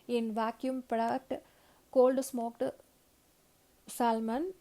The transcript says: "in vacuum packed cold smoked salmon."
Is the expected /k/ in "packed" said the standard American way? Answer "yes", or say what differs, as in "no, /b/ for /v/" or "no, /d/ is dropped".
no, /k/ is dropped